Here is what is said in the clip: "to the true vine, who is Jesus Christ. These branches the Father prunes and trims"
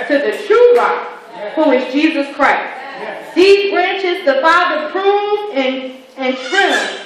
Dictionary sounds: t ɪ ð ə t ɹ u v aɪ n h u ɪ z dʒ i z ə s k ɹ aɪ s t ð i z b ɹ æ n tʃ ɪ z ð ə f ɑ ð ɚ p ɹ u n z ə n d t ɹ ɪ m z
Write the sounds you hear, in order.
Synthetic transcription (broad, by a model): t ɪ ð ə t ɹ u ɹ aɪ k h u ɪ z dʒ i z ə s k ɹ aɪ s t ð i z b ɹ æ n tʃ ɪ z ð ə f ɑ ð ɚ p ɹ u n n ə n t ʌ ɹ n